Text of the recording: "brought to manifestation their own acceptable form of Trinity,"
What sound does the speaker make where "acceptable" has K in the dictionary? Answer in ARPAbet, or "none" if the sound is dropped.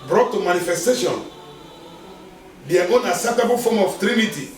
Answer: none